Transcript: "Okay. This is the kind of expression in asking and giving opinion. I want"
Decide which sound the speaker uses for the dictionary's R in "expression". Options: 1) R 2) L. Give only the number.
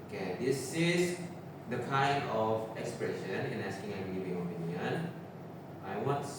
1